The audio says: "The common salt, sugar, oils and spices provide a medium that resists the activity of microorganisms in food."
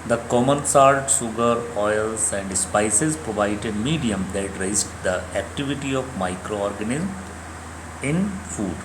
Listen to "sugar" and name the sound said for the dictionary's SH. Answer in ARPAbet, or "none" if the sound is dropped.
S